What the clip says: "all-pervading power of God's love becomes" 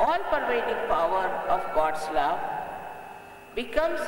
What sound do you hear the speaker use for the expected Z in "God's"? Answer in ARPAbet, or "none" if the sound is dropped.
S